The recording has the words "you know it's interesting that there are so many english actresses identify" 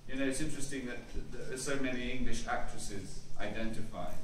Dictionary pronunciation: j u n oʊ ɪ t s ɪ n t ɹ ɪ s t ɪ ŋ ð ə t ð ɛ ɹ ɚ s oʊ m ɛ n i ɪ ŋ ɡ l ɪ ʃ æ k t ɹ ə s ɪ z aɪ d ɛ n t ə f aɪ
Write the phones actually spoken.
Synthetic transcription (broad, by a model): j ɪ n oʊ ɪ t s ɪ n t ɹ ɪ s t ɪ ŋ ð ə t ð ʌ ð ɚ s oʊ m ɛ n i ɪ ŋ ɡ l ɪ ʃ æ k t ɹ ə s ɪ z aɪ d ɛ n t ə f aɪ